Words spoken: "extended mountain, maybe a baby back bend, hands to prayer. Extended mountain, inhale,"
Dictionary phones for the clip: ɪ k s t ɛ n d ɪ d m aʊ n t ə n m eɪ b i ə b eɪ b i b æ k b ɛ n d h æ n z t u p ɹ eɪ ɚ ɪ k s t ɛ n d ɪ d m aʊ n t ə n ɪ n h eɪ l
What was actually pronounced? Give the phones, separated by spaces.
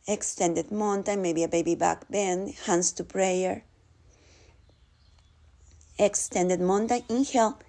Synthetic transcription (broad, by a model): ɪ k s t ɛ n d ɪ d m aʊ n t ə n m eɪ b i ə b eɪ b i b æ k b ɛ n d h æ n s t u p ɹ eɪ ɚ ɪ k s t ɛ n d ɪ d m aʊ n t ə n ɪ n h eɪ l